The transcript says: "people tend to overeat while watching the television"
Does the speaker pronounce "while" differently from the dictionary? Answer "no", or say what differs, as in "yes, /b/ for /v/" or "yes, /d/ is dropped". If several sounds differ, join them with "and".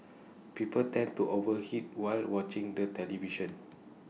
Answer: no